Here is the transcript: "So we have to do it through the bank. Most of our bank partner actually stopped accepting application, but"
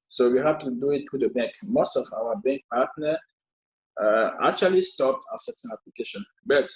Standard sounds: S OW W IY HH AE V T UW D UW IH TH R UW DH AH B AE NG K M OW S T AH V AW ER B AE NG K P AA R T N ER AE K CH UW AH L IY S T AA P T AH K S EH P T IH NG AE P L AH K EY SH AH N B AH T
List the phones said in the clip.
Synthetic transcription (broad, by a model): S OW W IY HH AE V T UW D UW IH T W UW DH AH B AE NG K M OW S T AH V AW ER B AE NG K P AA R T N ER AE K CH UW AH L IY S T AA P T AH S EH T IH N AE P L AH K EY SH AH N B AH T